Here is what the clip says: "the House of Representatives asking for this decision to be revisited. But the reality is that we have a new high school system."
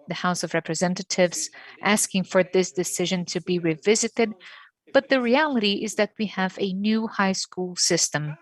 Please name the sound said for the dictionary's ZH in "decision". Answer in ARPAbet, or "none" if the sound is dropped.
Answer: ZH